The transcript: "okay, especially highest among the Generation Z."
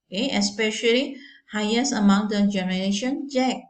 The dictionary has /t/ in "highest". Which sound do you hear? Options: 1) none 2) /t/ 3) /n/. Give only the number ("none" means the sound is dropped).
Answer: 1